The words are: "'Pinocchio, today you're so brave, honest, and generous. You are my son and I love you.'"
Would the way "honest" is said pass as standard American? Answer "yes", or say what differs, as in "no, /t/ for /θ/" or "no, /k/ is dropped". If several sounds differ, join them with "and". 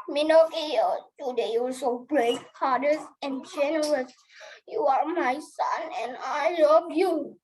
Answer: no, /t/ is dropped